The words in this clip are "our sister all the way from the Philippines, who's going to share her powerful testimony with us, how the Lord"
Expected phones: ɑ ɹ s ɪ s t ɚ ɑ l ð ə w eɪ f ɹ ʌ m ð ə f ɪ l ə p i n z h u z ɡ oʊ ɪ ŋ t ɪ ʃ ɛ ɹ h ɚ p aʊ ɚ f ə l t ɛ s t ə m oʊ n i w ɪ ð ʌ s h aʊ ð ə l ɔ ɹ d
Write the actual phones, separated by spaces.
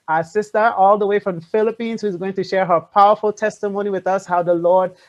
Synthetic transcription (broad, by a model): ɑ s ɪ s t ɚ ɑ l ð ə w eɪ f ɹ ʌ m f ɪ l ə p i n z h u z ɡ oʊ ɪ ŋ t ɪ ʃ ɛ ɹ h ɚ p aʊ ɚ f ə l t ɛ s t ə m oʊ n i w ɪ ð ʌ s h aʊ ð ə l ɔ ɹ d